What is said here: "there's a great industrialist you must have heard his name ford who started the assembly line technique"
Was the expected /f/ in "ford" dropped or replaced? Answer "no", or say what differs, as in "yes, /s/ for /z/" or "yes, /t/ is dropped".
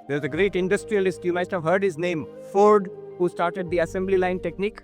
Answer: no